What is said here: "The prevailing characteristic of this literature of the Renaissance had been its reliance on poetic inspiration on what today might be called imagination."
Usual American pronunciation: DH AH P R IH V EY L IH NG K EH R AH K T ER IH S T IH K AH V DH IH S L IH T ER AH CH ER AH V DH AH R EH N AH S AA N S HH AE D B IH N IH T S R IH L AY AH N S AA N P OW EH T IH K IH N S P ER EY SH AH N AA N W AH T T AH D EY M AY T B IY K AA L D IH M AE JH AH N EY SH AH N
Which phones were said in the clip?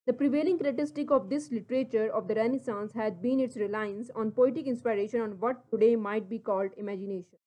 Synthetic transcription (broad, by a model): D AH P R IH V EY L IH NG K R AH T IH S T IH K AH V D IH S L IH T ER AH CH ER AH V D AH R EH N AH S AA N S HH AE D B IH N IH T S R IH L AY AH N S AA N P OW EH T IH K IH N S P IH EY SH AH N AA N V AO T T AH D EY M AY T B IY K AA L D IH M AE JH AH N EY SH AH N